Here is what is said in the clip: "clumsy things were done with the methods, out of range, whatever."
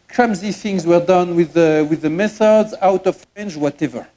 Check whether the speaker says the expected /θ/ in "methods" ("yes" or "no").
yes